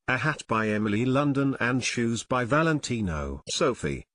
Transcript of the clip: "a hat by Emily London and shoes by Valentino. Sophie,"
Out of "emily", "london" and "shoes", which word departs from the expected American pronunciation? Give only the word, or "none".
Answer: none